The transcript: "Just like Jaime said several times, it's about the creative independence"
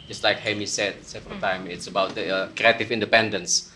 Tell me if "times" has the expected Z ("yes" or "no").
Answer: no